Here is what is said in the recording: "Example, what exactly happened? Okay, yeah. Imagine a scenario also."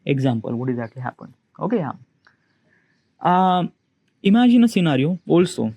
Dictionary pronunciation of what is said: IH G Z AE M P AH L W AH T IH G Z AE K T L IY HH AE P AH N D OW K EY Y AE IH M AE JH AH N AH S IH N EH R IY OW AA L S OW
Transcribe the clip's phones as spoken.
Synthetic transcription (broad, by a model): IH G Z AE M P AH L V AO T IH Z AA T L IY HH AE P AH N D OW K EY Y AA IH M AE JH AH N AH S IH N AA R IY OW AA L S OW